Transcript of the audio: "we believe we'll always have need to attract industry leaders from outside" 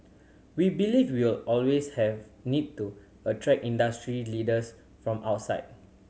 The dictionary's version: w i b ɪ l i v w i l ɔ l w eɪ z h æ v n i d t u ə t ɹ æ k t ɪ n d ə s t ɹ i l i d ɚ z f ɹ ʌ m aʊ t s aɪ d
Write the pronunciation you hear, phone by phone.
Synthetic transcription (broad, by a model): w i b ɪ l i w w i l ɔ l w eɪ s h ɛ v n i d t u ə t ɹ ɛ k i n d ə s t ɹ i l i d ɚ s f ɹ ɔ m aʊ t s aɪ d